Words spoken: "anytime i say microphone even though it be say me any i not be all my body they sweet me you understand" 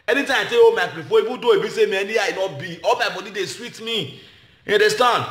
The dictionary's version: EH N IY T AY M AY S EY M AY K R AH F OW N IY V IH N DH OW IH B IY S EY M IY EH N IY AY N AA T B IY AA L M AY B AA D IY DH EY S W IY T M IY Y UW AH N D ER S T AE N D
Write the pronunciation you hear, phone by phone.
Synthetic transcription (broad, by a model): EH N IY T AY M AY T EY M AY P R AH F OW IY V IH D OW IH B IY S EY M IY EH N IY AY N AA T B IY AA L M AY B AA D IY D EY S W IY T M IY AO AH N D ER S T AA N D